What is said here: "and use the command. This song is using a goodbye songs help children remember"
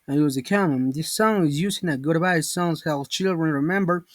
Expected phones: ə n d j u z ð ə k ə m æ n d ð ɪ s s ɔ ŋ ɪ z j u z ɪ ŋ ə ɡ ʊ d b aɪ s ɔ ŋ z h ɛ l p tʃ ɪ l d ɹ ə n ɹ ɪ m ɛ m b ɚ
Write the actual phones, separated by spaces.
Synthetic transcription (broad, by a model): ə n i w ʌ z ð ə k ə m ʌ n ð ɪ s s ɔ ŋ ɪ z j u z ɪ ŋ ə ɡ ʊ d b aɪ s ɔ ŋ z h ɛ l tʃ ɪ l d ɹ ə n ɹ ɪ m ɛ m b ɚ